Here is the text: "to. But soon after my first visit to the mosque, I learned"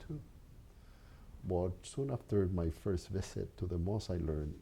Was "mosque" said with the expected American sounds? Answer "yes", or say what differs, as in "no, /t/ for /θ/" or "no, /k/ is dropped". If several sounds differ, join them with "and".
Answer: no, /k/ is dropped